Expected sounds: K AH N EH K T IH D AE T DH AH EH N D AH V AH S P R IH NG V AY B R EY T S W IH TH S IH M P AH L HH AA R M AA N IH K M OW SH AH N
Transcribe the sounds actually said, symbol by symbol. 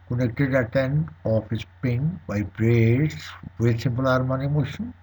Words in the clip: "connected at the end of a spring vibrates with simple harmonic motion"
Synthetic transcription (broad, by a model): K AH N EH K T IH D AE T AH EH N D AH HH AH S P IH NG B AY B R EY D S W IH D S IH M P AH L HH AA R M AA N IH M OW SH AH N